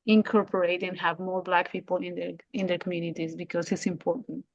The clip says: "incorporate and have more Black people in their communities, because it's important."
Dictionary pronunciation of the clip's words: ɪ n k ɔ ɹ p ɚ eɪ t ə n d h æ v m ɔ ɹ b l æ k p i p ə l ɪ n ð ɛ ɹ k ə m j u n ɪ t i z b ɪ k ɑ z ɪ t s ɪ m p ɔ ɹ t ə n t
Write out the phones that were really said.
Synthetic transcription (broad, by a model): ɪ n k ɔ ɹ p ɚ eɪ t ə n h æ v m ɔ ɹ b l æ k p i p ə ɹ ɪ n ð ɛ ɹ k ə m j u n ɪ t i z b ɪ k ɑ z ɪ t s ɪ m p ɔ ɹ t n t